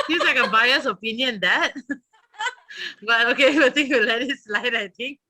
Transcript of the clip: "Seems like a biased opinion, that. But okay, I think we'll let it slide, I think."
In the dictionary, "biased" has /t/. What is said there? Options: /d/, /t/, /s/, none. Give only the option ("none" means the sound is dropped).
none